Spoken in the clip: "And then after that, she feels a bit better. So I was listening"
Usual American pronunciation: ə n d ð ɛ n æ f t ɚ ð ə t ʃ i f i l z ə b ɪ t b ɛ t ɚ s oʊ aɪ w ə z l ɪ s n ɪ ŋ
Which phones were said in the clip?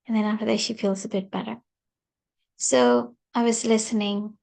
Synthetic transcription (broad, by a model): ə n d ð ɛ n æ f t ɚ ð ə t ʃ i f i l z ə b ɪ t b ɛ t ɚ s oʊ aɪ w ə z l ɪ s n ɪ ŋ